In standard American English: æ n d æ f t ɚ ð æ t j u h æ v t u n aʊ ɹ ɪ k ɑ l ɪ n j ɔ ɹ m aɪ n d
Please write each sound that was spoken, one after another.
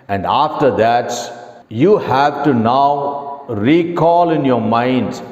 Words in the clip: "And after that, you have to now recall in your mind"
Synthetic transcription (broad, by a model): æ n d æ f t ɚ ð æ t j u h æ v t u n aʊ ɹ ɪ k ɑ l ɪ n j ɔ ɹ m aɪ n d